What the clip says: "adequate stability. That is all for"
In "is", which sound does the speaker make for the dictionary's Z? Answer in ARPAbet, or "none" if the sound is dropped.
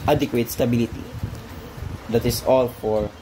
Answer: S